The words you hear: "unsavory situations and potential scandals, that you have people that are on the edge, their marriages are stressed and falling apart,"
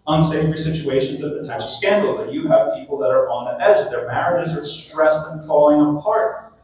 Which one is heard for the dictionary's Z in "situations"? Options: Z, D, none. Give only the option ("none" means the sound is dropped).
Z